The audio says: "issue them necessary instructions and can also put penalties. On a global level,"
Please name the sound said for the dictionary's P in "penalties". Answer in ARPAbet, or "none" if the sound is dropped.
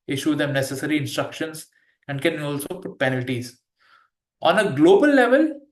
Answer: P